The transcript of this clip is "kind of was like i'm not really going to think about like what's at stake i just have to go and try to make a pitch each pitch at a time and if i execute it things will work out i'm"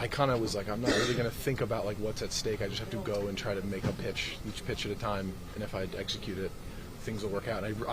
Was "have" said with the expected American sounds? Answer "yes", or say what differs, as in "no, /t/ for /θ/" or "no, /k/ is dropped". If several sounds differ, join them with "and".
no, /f/ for /v/